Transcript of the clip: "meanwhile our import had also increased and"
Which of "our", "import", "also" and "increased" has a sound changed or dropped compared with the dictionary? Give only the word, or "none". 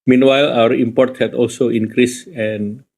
increased